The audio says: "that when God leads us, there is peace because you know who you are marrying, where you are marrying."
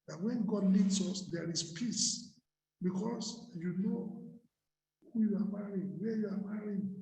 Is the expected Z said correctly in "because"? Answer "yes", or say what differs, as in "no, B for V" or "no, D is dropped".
no, S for Z